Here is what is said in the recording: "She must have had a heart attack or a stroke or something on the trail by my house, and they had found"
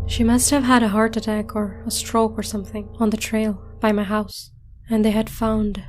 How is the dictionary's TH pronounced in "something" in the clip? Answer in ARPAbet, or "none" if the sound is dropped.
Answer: TH